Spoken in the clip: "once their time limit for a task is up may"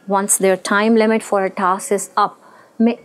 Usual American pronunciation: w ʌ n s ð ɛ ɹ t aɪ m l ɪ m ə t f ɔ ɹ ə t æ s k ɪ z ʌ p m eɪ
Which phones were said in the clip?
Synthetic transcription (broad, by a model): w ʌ n s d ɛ ɹ t aɪ m l ɪ m ə t f ɔ ɹ ə t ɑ s ɪ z ʌ p m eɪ